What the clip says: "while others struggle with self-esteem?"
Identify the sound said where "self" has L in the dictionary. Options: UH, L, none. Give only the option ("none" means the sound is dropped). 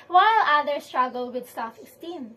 none